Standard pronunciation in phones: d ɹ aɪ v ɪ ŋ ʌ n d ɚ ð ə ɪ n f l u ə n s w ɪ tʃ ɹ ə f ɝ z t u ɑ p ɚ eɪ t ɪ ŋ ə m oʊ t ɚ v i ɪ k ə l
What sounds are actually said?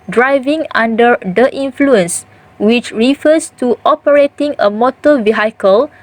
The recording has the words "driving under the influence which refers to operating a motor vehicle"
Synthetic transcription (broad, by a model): d ɹ aɪ v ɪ ŋ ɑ n d ɚ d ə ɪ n f l u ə n s w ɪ tʃ ɹ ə f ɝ s t u ɑ p ɚ eɪ t ɪ ŋ ə m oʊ t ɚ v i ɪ k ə l